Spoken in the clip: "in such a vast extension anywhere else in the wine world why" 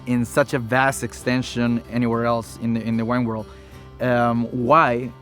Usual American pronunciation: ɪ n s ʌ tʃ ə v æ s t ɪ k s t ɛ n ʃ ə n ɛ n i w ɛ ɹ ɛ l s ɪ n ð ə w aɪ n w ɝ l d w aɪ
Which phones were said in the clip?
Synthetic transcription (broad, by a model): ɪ n s ʌ tʃ ə v æ s t ɪ k s t ɛ n ʃ ə n ɛ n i w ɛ ɹ ɛ l s ɪ n ð ə w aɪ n w ɝ l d w aɪ